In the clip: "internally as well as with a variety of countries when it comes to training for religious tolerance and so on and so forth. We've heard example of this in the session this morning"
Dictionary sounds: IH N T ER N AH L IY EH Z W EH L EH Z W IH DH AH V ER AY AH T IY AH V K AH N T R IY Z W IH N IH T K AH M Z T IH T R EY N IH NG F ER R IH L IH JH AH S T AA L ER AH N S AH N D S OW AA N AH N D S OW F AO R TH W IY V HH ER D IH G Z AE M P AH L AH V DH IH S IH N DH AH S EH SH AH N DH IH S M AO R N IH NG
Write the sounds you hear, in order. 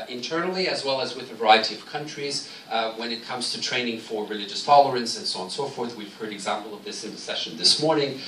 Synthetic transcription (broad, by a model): IH N T ER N L IY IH Z W EH L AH Z W IH DH AH V ER AY AH T IY AH V K AH N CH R IY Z W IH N IH T K AH M Z T IH T R EY N IH NG F ER R IH L IH JH AH S T AA L ER AH N S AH N S OW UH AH N S OW F AO R TH W IY V HH ER D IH G Z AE M P L AH V DH IH S IH N DH AH S EH SH AH N DH IH S M AO R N IH NG